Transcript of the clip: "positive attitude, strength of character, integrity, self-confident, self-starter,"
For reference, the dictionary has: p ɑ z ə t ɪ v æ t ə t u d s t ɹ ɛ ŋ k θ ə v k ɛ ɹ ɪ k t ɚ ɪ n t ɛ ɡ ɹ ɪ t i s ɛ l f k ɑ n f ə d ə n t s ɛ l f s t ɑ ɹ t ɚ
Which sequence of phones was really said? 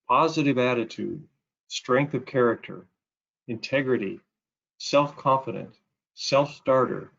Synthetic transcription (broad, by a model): p ɑ z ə t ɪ v æ t ə t u d s t ɹ ɛ ŋ k θ ə v k ɛ ɹ ɪ k t ɚ ɪ n t ɛ ɡ ɹ ɪ t i s ɛ l f k ɑ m f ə d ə n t s ɛ l f s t ɑ ɹ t ɚ